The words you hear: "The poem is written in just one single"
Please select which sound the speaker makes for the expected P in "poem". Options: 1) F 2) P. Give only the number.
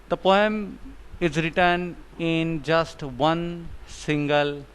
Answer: 2